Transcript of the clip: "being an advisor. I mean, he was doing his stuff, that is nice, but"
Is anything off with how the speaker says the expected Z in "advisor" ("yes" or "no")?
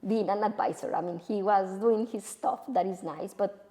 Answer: yes